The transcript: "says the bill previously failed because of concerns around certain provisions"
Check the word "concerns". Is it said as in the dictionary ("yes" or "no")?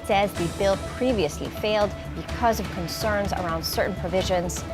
yes